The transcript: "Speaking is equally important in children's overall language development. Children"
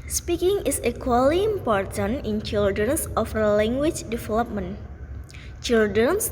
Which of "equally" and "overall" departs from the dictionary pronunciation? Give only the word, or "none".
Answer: overall